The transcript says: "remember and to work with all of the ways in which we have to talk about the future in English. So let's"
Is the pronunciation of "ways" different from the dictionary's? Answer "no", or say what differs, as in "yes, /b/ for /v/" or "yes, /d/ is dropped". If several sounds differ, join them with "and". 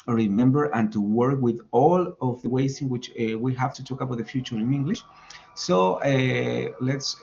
yes, /s/ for /z/